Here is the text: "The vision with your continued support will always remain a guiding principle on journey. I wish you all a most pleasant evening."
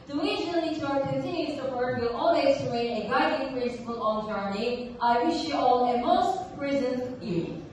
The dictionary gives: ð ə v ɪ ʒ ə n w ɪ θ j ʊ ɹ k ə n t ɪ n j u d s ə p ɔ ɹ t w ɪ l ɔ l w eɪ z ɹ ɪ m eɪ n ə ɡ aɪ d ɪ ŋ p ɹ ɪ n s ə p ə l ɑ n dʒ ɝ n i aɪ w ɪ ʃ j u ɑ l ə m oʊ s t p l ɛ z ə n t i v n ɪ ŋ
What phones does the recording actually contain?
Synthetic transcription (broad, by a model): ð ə w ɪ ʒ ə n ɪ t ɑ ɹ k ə n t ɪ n j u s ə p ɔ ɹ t w ɪ l ɔ l w eɪ z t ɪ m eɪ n ə ɡ aɪ d ɪ ŋ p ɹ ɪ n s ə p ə l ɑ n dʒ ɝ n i aɪ w ɪ ʃ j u ɑ l ə m oʊ s t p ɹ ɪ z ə n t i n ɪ